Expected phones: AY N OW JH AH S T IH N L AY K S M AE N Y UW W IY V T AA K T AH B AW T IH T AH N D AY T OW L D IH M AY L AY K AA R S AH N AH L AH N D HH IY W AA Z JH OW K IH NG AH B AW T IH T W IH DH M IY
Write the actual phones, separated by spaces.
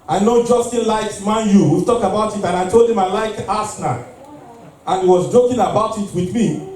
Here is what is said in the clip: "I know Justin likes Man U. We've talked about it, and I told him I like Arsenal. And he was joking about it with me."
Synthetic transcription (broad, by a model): AY N OW JH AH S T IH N L AY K M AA N Y UW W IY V T AA K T AH B AW T IH T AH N AY T OW L D IH M AY L AY K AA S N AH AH N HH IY W AA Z JH OW K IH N AH B AW T IH T W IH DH M IY